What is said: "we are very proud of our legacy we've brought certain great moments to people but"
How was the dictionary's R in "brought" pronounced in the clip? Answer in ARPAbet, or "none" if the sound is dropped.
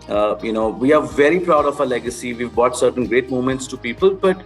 none